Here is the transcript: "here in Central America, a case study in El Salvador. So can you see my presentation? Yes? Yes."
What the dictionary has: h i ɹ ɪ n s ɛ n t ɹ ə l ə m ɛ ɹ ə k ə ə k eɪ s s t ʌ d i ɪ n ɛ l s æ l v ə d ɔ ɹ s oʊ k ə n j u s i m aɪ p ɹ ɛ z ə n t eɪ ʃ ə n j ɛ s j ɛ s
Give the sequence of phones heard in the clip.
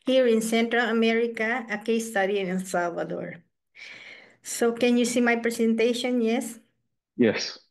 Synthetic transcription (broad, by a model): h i ɹ ɪ n s ɛ n t ɹ ə l ə m ɛ ɹ ə k ə ə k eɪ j s t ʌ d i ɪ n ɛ n s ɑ l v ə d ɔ ɹ s oʊ k ə n j u s i m aɪ p ɹ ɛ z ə n t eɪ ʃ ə n j ɛ s j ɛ s